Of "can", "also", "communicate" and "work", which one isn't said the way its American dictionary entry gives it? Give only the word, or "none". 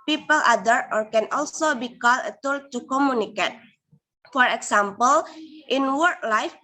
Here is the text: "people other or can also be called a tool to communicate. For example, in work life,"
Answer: none